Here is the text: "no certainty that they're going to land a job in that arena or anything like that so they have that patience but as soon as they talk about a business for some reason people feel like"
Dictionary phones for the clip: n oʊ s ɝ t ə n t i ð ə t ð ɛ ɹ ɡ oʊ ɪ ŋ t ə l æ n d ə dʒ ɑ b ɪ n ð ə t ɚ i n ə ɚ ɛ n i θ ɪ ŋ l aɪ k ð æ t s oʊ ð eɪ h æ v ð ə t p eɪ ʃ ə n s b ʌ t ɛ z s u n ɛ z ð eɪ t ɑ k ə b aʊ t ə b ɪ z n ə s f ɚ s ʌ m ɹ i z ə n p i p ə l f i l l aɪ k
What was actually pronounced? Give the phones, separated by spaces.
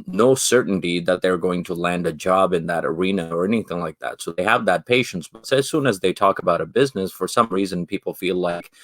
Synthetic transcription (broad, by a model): n oʊ s ɝ t n t i ð ə t ð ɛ ɹ ɡ oʊ ɪ ŋ t ə l æ n d ə dʒ ɑ b ɪ n ð ə t ɚ i n ə ɚ ɛ n i θ ɪ ŋ l aɪ k ð æ t s oʊ ð eɪ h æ v ð ə t p eɪ ʃ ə n s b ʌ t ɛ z s u n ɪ z ð eɪ t ɑ k ə b aʊ t ə b ɪ z n ə s f ɚ s ʌ m ɹ i z ə n p i p l f i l l aɪ k